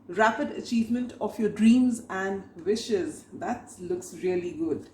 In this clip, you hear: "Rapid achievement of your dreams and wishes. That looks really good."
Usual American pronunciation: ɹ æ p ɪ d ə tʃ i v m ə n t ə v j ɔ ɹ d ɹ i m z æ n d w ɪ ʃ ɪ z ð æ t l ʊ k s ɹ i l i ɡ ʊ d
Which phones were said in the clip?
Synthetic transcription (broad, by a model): ɹ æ p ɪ d ə tʃ i v m ə n t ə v j ɔ ɹ d ɹ i m z æ n d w ɪ ʃ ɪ z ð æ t l ʊ k s ɹ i l i ɡ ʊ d